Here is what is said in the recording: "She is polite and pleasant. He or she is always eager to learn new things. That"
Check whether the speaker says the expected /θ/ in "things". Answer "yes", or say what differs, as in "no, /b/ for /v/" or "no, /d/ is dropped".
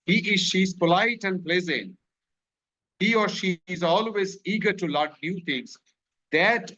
no, /t/ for /θ/